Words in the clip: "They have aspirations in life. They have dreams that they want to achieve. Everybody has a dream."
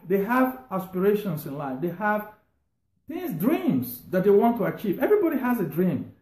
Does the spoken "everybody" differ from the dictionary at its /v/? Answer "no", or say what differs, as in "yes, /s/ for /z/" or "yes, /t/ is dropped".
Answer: no